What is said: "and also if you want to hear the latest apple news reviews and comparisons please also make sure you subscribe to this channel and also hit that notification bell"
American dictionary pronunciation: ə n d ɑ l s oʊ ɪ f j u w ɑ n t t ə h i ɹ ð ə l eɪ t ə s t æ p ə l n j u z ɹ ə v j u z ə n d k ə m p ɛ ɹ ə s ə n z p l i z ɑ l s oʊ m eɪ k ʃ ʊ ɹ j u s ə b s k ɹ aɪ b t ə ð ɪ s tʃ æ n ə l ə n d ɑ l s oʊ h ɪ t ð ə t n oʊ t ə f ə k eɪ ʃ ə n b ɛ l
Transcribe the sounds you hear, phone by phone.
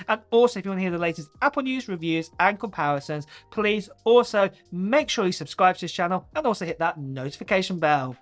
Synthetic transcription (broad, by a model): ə n ɑ l s oʊ ɪ f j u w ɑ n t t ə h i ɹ ð ə l eɪ t ə s t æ p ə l n j u z ɹ ə v j u z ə n k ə m p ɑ ɹ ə s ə n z p l i z ɑ l s oʊ m eɪ k ʃ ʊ ɹ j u s ə b s k ɹ aɪ b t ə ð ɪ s tʃ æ n ə l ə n ɑ l s oʊ h ɪ t ð ə t n oʊ t ə f ə k eɪ ʃ ə n b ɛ l